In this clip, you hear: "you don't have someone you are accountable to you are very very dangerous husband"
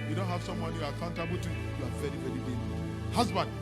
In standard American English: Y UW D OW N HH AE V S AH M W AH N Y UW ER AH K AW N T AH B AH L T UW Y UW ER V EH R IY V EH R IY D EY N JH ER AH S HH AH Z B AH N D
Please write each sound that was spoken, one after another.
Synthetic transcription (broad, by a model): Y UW D OW N HH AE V S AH M W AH N Y UW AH K AW N T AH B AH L T UW Y UW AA V EH R IY V EH R IY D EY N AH HH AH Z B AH N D